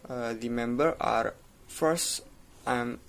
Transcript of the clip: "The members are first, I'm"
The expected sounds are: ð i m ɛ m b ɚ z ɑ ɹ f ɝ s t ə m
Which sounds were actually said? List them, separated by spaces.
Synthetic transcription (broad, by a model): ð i m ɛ m b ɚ ɑ ɹ f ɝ s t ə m